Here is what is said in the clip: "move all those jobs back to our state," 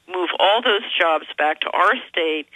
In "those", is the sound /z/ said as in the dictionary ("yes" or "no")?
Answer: yes